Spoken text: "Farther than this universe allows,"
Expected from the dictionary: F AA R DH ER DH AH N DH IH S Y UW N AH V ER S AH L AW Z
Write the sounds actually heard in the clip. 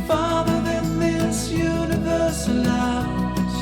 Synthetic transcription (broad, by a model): F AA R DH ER DH AH N DH IH S Y UW N AH V ER S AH L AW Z